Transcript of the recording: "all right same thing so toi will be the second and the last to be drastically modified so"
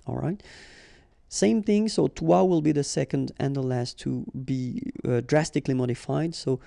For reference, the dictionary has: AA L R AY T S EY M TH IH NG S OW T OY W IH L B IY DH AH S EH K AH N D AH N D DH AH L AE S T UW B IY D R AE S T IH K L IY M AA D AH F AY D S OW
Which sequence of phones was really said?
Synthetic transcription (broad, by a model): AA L R AY T S EY M TH IH NG S OW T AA W IH L B IY DH AH S EH K AH N D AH N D DH AH L AE S T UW B IY D R AE S T IH K L IY M AA D AH F AY D S OW